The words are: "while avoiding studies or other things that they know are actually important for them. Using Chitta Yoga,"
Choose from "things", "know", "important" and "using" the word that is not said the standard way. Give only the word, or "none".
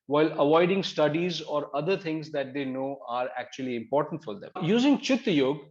things